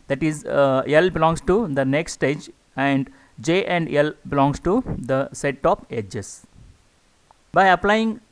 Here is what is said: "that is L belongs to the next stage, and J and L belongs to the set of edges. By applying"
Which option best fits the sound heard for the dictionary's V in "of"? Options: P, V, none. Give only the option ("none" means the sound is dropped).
P